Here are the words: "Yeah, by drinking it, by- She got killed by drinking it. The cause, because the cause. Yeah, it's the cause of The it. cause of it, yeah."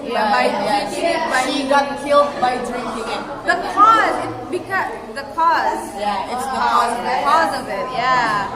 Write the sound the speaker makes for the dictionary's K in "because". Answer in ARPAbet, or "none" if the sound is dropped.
K